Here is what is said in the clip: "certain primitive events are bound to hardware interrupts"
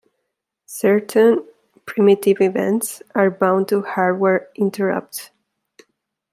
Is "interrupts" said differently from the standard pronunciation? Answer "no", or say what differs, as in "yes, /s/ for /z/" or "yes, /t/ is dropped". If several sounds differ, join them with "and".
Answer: yes, /s/ is dropped